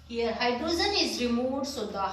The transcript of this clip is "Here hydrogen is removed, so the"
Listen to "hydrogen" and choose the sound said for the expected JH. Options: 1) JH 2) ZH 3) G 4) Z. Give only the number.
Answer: 4